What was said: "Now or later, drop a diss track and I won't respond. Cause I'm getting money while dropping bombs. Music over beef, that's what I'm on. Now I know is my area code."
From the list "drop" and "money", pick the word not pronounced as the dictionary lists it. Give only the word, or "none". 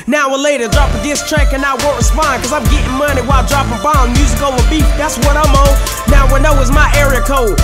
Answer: none